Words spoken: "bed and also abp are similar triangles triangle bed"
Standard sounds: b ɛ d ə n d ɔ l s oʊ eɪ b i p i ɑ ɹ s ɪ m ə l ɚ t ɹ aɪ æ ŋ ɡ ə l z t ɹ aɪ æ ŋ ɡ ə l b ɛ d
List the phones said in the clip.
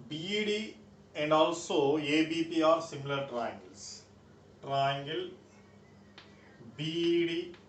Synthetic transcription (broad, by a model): b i d ə n d ɔ l s oʊ eɪ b i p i ɑ ɹ s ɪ m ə l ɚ t ɹ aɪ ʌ ŋ ɡ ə l s t ɹ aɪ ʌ ŋ ɡ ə l b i d